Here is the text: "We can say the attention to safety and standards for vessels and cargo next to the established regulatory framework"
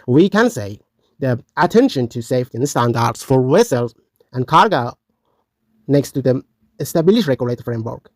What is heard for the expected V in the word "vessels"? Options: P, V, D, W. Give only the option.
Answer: W